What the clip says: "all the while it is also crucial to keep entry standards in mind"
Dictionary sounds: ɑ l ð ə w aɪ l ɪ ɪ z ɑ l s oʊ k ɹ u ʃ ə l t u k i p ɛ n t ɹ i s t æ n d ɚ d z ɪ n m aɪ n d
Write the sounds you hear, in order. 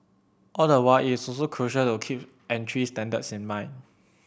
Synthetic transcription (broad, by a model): ɑ l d ə w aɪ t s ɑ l s oʊ k ɹ u ʃ ə l t u k i p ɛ n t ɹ i s t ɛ n d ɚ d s ɪ n m aɪ n